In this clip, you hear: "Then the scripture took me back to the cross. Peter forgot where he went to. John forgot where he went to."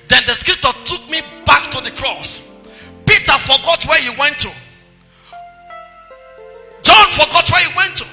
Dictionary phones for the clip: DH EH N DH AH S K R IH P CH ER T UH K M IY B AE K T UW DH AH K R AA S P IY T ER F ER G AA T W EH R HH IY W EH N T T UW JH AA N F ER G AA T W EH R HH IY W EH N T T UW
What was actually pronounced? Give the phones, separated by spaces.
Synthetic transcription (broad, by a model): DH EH N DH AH S K R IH P CH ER T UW K M IY B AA K T UW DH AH K R AA S P IY T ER F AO G AA T W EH HH IY W EH N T T UW JH AA N F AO G AA T W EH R HH IY W EH N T T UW